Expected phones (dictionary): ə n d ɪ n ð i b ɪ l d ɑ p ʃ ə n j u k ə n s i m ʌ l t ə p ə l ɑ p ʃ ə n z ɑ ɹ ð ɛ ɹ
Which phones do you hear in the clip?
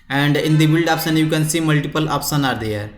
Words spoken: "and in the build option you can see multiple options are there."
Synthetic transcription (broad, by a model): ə n d ɪ n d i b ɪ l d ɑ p s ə n j u k ə n s i m ʌ l t ə p ə l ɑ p s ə n ɑ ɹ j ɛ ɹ